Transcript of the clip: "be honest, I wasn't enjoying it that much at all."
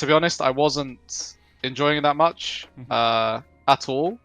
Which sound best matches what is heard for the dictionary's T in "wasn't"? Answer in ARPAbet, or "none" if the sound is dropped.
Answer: T